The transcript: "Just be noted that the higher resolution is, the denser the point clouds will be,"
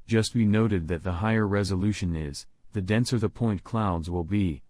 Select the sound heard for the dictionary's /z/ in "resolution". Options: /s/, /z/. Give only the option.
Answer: /z/